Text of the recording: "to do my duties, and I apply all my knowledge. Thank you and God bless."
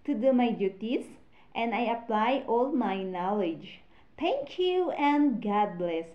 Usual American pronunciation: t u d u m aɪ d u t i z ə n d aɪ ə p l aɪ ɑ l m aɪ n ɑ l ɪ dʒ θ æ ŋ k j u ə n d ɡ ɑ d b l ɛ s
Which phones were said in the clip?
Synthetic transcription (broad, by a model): t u d u m aɪ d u t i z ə n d aɪ ə p l aɪ ɑ l m aɪ n ɑ l ɪ dʒ t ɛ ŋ k j u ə n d ɡ ɑ d b l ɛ s